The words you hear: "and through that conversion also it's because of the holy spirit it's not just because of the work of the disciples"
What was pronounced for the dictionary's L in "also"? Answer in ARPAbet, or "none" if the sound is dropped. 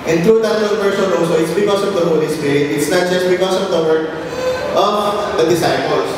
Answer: none